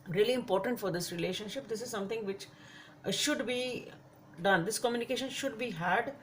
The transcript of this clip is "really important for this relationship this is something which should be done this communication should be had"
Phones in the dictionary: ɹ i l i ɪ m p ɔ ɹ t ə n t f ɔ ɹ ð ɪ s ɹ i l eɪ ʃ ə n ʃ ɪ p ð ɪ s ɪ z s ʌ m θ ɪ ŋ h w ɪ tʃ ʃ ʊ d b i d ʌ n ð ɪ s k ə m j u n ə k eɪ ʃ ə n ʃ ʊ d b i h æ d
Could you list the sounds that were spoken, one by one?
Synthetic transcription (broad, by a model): ɹ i l i ɪ m p ɔ ɹ t ə n t f ɔ ɹ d ɪ s ɹ i l eɪ ʃ ə n ʃ ɪ p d ɪ s ɪ z s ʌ m t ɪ ŋ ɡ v ɪ tʃ ʃ ʊ d b i d ʌ n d ɪ s k ə m j u n ə k eɪ ʃ ə n ʃ ʊ d b i h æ d